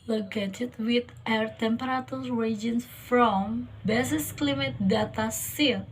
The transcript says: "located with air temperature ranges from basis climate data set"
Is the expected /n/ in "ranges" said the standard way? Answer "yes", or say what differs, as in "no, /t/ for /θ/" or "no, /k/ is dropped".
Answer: no, /n/ is dropped